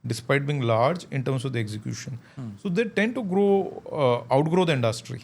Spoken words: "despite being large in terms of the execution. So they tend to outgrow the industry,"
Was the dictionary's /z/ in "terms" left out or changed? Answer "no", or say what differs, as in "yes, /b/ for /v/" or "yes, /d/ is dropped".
yes, /s/ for /z/